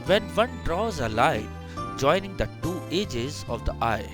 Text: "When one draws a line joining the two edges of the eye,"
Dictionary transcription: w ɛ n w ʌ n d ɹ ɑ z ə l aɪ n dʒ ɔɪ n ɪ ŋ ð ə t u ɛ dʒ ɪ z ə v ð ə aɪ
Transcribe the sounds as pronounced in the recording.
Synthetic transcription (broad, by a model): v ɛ n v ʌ n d ɹ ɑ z ə l aɪ dʒ ɔɪ n ɪ ŋ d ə t u ɛ dʒ ɪ z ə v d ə aɪ